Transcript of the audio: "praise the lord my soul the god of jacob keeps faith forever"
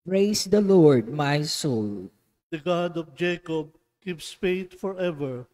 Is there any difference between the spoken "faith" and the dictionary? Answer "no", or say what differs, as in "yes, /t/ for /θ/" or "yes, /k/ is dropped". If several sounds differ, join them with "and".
yes, /t/ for /θ/